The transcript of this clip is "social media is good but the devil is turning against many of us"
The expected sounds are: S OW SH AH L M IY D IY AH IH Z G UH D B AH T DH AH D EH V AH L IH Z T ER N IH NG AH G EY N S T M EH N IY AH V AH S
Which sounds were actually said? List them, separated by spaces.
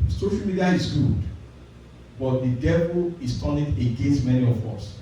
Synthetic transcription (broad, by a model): S OW SH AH L M IY D IY AH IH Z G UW D B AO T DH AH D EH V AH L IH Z T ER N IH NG AH G EY N S T M EH N IY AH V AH S